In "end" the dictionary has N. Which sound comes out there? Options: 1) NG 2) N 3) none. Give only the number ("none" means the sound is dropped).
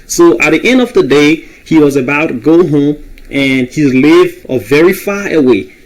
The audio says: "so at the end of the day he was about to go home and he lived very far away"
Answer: 2